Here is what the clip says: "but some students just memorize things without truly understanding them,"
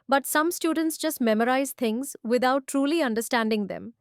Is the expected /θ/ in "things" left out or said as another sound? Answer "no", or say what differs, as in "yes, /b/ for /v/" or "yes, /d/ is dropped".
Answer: yes, /t/ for /θ/